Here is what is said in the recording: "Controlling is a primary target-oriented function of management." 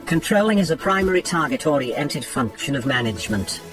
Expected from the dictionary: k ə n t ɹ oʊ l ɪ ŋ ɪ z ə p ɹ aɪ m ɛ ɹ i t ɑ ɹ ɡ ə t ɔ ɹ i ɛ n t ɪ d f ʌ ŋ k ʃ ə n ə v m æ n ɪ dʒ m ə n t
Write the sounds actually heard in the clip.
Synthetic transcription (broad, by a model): k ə n t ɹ oʊ l ɪ ŋ ɪ z ə p ɹ aɪ m ɛ ɹ i t ɑ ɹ ɡ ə t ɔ ɹ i ɛ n t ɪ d f ʌ ŋ k ʃ ə n ə v m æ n ɪ dʒ m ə n t